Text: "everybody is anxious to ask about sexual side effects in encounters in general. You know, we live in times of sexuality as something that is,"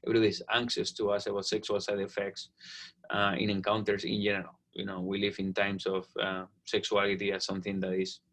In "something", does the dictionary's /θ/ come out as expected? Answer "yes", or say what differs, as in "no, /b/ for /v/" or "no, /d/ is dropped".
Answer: yes